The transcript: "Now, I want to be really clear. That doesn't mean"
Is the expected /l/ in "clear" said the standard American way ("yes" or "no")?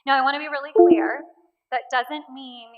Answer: no